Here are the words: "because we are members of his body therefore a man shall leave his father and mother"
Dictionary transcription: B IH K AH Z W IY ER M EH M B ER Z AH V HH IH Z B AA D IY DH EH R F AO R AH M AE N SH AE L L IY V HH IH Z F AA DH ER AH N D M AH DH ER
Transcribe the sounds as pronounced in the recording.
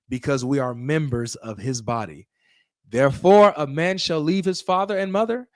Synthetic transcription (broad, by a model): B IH K AH Z W IY ER M EH M B ER Z AH V IH Z B AA D IY DH EH R F AO R AH M AE N SH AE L L IY V HH IH Z F AA DH ER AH N M AH DH ER